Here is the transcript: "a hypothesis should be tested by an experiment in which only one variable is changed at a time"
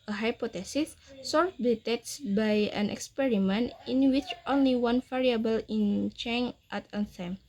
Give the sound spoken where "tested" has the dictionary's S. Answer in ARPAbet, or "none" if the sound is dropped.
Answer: none